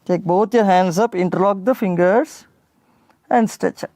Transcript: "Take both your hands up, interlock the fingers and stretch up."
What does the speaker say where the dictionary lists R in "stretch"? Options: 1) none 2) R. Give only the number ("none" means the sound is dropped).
1